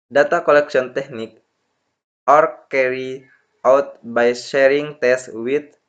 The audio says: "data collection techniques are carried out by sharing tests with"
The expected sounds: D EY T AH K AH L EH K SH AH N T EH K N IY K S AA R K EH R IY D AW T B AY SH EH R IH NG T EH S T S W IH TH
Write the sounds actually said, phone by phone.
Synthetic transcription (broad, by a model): D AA T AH K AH L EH K S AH N T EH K N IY K AA R K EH R IY AW T B AY SH EH R IH NG T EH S S W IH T